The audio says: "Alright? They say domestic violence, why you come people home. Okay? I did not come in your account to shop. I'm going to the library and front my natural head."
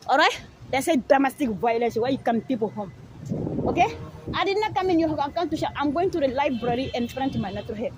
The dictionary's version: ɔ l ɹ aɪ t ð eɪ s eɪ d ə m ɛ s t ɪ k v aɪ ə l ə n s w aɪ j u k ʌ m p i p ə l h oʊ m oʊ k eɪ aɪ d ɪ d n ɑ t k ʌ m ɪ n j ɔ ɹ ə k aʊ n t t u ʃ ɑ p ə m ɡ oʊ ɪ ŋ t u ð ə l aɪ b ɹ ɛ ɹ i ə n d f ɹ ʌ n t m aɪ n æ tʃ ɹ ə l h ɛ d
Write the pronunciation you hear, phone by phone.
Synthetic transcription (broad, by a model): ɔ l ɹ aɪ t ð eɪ s eɪ d ə m ɛ s t ɪ k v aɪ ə l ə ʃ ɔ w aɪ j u k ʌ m p i p ə l h oʊ m oʊ k eɪ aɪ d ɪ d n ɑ k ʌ m ɪ n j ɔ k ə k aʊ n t t u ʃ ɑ ə m ɡ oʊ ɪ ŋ t u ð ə l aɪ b ɹ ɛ ɹ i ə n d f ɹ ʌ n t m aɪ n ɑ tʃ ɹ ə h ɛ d